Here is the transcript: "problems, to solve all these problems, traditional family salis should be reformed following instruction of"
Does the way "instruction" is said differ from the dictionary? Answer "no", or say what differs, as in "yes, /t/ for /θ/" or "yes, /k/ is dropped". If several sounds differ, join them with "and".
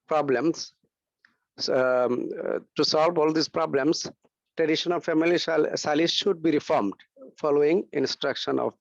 no